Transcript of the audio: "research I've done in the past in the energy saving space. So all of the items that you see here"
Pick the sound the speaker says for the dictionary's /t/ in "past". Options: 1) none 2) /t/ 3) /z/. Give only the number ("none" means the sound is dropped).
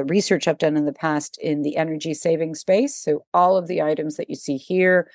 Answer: 2